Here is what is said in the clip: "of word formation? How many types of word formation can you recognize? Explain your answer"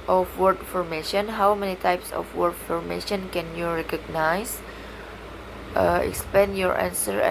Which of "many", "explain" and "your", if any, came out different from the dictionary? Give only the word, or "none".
explain